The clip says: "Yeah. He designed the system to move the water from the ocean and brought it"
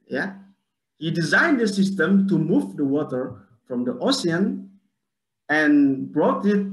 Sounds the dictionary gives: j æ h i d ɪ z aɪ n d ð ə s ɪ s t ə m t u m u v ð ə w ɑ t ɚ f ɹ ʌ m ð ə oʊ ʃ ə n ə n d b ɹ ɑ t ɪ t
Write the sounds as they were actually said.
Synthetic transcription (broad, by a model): j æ h i d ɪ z aɪ n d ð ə s ɪ s t ə m t u m u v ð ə w ɑ t ɚ f ɹ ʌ m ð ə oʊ s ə n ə n b ɹ ɑ t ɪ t